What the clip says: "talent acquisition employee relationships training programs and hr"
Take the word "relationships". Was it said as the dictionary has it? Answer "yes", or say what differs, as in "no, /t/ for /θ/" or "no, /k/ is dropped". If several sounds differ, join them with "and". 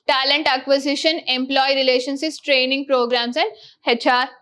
no, /p/ is dropped